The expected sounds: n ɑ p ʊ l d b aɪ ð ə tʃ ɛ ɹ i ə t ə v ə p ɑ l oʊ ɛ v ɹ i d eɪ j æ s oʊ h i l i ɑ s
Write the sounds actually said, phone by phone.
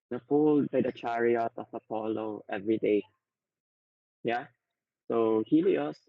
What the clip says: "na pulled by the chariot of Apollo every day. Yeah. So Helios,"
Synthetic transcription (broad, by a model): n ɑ f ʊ l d b aɪ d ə tʃ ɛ ɹ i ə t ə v ə p ɑ l oʊ ɛ v ɹ i d eɪ j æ s oʊ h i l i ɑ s